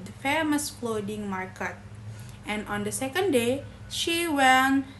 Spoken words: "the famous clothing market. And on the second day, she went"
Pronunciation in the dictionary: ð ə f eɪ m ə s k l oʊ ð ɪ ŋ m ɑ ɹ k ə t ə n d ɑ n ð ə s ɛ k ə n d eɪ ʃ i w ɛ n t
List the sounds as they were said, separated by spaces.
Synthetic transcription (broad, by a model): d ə f eɪ m ə s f l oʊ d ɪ ŋ m ɑ ɹ k ə t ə n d ɑ n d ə s ɛ k ə n d eɪ ʃ i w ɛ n